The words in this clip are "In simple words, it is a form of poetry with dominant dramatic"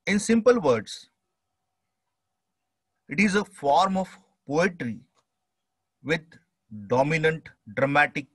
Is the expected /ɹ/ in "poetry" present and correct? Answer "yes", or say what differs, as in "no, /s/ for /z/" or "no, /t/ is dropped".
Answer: yes